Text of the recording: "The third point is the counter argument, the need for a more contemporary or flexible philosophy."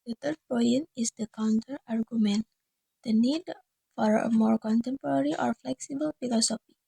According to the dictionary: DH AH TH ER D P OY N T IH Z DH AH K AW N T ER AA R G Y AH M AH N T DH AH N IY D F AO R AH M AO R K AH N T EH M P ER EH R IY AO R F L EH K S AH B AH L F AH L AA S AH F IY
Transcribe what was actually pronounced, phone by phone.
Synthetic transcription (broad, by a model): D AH T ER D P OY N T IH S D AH K AW N T ER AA R G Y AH M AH N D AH N IY D F AO R AH M AO R K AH N T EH M P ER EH R IY AO R F L EH K S AH B AH L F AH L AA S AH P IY